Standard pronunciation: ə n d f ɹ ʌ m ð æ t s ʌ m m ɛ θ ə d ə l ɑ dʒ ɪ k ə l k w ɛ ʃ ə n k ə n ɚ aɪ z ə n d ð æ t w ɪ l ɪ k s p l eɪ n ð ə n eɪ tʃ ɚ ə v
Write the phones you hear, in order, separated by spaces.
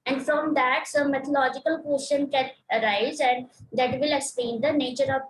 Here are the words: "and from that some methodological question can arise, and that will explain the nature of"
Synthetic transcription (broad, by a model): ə n d f ɹ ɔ m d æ t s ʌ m m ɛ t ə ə l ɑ dʒ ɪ k ə l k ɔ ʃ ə n k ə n ɚ aɪ z ə n d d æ t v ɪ l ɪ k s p eɪ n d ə n eɪ tʃ ɚ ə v